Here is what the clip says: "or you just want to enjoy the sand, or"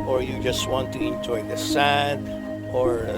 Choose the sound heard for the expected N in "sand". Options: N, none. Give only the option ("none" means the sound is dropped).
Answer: none